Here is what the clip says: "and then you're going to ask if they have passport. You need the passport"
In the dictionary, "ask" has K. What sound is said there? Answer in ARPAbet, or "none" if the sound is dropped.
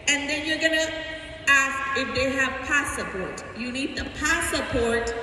K